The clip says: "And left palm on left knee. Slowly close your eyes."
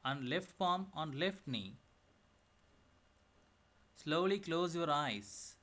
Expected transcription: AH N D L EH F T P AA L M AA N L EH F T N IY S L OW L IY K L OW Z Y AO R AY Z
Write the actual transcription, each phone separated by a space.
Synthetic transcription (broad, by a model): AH N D L EH F T F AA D M AA N L EH F T N IY S L OW L IY K L OW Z Y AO R AY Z